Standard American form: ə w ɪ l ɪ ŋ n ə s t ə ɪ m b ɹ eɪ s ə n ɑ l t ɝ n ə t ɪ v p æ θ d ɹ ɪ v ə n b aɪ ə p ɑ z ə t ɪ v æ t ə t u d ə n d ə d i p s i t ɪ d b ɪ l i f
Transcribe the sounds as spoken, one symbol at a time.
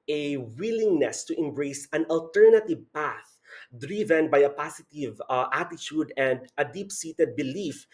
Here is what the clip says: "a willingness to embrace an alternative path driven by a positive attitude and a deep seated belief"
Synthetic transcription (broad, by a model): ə w ɪ l ɪ ŋ n ə s t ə ɪ m b ɹ eɪ s ə n ɑ l t ɝ n ə t ɪ v p æ θ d ɹ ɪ v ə n b aɪ ə p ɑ s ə t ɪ v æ t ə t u d ə n d ə d i p s i t ɪ d b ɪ l i f